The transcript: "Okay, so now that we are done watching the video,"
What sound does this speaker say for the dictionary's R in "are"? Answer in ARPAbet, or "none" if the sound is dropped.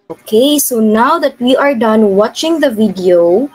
R